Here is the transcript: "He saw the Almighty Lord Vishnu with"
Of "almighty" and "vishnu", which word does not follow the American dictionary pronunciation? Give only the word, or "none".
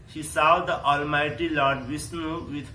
vishnu